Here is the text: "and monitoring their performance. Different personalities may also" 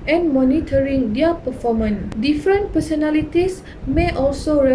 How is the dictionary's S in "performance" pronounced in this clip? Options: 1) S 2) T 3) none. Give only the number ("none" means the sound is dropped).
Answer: 3